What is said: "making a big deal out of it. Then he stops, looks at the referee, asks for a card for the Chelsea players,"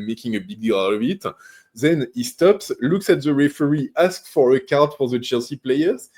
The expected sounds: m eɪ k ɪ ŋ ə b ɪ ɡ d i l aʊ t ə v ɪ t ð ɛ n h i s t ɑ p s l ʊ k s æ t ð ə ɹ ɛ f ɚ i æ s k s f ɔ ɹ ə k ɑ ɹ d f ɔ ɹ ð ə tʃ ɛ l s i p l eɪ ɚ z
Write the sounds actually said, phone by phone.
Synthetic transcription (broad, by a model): m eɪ k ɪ ŋ ə b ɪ ɡ d i l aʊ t ə v ɪ t ð ɛ n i s t ɑ p s l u k s æ t ð ə ɹ ɛ f ɚ i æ s k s f ɔ ɹ ə k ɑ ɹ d f ɔ ɹ ð ə tʃ ɛ l s i p l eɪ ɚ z